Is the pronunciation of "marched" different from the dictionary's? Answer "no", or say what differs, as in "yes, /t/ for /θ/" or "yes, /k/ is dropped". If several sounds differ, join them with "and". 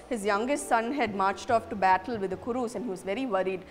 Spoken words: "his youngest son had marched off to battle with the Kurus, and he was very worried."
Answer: no